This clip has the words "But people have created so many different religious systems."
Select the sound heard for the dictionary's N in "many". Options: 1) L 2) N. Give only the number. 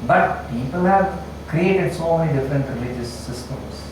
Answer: 1